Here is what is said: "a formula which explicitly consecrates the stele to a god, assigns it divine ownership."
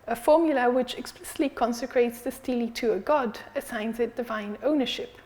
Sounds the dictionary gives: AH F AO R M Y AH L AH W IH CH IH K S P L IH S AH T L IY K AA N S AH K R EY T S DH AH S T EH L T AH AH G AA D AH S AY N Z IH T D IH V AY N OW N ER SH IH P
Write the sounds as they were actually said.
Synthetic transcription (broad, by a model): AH F AO R M Y AH L AH W IH CH IH K S P L IH S AH T L IY K AA N S AH K R EY T S DH AH S T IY L T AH AH G AA D AH S AY N Z IH T D IH V AY N OW N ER SH IH P